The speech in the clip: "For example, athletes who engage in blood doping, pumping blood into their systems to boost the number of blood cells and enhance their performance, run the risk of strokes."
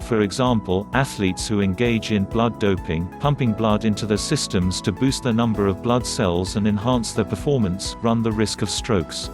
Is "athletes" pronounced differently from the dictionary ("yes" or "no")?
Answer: no